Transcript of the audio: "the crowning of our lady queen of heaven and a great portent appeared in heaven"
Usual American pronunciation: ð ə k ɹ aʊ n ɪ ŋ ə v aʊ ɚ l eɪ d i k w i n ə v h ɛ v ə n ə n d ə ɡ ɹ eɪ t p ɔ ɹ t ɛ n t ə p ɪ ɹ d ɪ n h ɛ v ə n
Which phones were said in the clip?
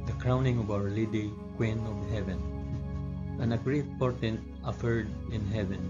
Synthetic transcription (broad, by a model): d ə k ɹ aʊ n ɪ ŋ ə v aʊ ɚ l eɪ d i k w i n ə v h ɛ v ə n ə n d ə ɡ ɹ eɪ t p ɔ ɹ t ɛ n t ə f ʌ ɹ d ɪ n h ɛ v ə n